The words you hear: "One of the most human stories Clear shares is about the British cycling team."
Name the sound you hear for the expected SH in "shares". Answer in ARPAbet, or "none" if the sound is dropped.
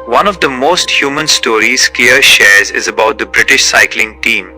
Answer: SH